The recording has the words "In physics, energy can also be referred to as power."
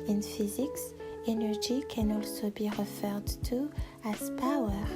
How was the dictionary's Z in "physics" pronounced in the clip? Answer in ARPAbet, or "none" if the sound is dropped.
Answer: Z